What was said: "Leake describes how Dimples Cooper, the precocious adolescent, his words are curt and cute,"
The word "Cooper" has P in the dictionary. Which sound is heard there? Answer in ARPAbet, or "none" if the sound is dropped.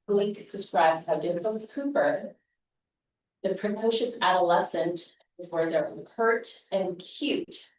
P